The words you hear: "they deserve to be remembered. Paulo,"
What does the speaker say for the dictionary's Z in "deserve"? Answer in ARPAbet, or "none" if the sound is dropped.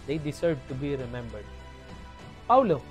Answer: S